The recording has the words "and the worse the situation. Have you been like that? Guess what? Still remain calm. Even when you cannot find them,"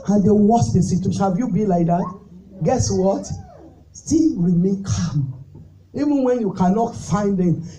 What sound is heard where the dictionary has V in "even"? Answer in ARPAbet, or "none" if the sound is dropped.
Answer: V